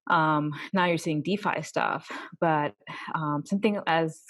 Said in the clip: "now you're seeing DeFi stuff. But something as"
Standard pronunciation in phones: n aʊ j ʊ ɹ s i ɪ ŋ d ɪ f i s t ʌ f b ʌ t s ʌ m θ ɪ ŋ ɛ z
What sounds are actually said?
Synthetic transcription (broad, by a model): n aʊ j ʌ ɹ s i ɪ ŋ d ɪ f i s t ʌ f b ʌ t s ʌ m θ ɪ ŋ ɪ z